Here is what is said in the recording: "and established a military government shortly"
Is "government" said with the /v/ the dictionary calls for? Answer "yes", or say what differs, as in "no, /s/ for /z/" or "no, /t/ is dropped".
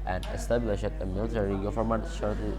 no, /f/ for /v/